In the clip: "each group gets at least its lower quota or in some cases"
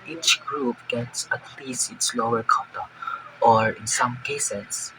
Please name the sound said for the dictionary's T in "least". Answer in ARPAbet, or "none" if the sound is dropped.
none